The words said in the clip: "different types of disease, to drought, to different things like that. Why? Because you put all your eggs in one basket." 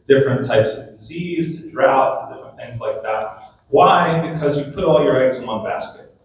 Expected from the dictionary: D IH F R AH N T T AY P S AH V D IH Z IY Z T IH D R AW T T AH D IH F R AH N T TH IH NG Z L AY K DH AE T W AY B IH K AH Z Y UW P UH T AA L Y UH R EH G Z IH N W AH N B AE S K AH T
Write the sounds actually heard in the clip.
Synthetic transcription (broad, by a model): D IH F R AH N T T AY P S AH V D IH Z IY Z T IH D R AW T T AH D IH F R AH N TH IH NG Z L AY K DH AE T W AY B IH K AH Z Y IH P UH T AA L Y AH R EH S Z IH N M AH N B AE S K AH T